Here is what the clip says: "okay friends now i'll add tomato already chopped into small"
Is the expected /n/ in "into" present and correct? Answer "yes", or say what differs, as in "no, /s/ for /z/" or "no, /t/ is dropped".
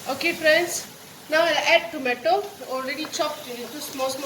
no, /n/ is dropped